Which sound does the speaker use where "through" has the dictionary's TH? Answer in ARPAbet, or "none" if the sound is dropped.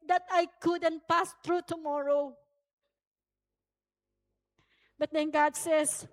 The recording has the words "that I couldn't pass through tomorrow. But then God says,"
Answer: T